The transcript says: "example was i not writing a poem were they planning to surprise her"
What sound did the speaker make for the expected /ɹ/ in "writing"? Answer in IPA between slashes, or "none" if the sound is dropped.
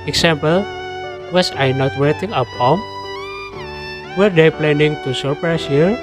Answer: /w/